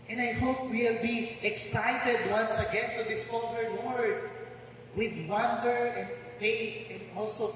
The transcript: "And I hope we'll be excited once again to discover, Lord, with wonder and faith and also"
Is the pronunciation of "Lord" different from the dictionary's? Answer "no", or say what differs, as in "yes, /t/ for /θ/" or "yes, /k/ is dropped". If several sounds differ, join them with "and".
yes, /w/ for /l/